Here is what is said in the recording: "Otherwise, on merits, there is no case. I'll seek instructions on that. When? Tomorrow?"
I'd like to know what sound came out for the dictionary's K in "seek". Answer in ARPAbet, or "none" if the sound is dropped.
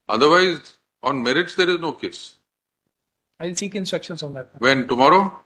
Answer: K